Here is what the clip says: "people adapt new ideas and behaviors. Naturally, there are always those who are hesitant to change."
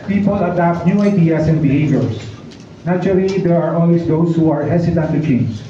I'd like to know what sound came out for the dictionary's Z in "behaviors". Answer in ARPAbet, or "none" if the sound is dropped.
S